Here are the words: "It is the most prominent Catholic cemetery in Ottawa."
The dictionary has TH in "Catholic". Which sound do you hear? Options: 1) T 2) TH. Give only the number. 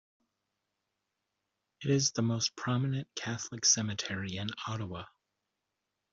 2